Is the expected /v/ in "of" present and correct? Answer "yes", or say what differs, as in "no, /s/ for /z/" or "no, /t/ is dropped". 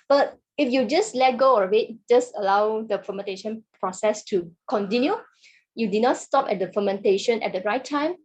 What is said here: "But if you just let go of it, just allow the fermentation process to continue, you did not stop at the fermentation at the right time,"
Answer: no, /w/ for /v/